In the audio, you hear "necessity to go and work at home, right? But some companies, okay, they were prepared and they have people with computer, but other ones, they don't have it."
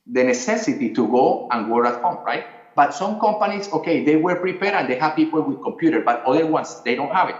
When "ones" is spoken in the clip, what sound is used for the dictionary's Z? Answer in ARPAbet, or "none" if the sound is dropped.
S